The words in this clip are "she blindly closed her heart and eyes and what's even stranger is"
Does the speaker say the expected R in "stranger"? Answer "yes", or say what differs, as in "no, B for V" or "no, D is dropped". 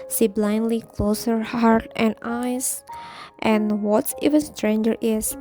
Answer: yes